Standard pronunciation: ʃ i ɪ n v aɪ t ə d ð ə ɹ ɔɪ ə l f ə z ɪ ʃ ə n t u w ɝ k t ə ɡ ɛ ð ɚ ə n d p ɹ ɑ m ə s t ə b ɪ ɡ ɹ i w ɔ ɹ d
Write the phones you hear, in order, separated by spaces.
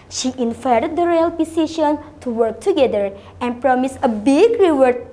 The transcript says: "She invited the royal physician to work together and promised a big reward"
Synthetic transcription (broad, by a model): ʃ i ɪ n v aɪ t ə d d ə ɹ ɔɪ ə l p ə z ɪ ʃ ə n t u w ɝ k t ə ɡ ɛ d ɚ ə n d p ɹ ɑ m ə s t ə b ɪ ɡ ɹ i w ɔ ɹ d